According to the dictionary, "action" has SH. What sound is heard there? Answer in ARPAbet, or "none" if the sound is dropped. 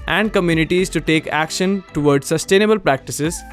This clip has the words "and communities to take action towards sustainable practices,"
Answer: SH